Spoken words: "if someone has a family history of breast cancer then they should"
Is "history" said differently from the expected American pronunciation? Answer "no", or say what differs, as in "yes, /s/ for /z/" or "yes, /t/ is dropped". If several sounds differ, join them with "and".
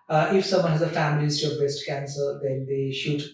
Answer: yes, /ɹ/ is dropped